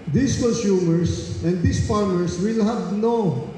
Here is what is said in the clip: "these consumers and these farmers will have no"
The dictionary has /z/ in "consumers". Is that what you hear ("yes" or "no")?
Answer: no